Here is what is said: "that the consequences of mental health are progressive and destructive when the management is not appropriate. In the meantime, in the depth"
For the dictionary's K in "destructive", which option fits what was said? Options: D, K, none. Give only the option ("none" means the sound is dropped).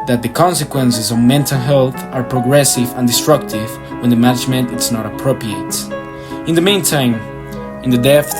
K